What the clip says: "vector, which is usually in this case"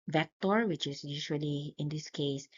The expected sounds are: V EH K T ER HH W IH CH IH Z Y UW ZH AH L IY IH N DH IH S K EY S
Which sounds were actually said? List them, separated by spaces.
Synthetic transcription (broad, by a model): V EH K T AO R W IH CH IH S Y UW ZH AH L IY IH N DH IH S K EY S